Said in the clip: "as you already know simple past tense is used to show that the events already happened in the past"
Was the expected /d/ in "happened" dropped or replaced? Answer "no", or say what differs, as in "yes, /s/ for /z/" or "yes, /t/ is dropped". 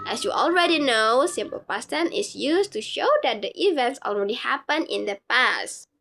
yes, /d/ is dropped